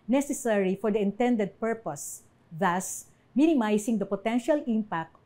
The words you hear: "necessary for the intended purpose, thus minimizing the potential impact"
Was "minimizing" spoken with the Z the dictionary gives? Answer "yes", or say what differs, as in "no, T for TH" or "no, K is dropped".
no, S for Z